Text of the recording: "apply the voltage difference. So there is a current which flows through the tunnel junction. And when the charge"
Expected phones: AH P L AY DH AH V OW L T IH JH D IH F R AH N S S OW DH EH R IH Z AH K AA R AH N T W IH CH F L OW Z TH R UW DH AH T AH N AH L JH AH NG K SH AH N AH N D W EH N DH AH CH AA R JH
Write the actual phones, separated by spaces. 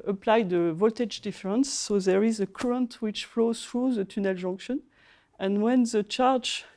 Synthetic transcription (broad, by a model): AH P L AY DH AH V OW L T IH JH D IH F R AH N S S OW DH EH R IH Z AH K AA R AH N T W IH CH F L OW Z TH R UW DH AH T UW N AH L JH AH NG K SH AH N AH N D W EH N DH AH CH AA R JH